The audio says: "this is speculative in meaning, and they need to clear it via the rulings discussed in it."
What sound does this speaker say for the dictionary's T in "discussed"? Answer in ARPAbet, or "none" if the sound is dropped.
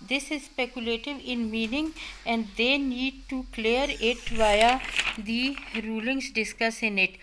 none